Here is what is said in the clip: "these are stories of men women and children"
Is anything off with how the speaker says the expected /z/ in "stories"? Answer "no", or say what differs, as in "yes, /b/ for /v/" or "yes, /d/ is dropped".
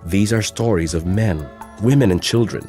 no